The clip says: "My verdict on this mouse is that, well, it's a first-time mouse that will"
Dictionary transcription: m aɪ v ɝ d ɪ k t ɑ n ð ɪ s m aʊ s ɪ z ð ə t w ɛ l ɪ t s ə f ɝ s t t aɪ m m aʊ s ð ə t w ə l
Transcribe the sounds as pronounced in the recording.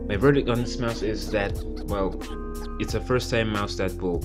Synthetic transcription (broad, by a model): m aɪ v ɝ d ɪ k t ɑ n ð ɪ s m aʊ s ɪ z ð ə t w ɛ l ɪ t s ə f ɝ s t s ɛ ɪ m aʊ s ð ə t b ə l